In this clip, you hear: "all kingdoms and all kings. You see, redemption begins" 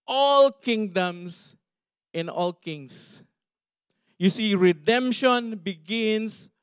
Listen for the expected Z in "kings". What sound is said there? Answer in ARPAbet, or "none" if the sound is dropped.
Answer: S